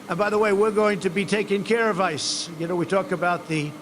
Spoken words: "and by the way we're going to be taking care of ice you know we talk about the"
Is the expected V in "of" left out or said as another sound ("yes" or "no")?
no